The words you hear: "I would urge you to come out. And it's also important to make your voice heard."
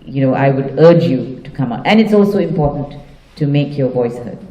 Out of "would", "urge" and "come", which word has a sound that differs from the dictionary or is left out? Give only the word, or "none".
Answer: none